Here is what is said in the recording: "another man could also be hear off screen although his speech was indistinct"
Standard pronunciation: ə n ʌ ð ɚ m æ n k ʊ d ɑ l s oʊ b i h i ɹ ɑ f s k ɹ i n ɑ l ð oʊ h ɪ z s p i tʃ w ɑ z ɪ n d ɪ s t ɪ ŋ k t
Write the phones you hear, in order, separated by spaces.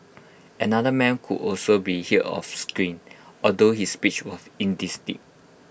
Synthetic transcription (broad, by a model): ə n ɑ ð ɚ m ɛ n k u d ɑ l s oʊ b i h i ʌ ɑ f s k ɹ i n ɑ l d oʊ h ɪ s p i tʃ w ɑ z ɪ n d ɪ s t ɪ k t